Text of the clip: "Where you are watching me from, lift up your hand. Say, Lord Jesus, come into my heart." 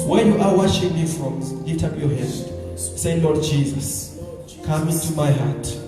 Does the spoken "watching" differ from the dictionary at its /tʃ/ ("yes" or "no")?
yes